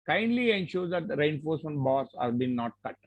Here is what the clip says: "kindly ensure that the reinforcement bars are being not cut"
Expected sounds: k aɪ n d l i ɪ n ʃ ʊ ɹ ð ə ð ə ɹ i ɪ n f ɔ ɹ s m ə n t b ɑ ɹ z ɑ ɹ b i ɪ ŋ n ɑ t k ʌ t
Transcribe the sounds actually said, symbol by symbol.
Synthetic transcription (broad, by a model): k aɪ n d l i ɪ n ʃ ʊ ɹ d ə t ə ɹ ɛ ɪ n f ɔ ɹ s ə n b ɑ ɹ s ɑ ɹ b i n ɑ t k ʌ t